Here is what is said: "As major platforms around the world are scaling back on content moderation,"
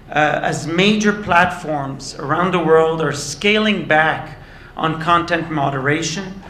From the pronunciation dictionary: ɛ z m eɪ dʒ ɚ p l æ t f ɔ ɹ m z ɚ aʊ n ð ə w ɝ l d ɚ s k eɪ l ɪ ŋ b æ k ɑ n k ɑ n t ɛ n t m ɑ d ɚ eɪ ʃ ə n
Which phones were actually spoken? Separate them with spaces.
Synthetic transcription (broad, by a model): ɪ z m eɪ dʒ ɚ p l æ t f ɔ ɹ m z ɚ aʊ n ð ə w ɝ l d ɚ s k eɪ l ɪ ŋ b æ k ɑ n k ɑ n t ɛ n t m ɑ d ɚ eɪ ʃ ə n